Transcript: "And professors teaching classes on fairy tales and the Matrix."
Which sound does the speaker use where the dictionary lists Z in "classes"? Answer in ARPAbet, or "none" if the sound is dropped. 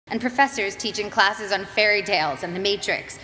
Z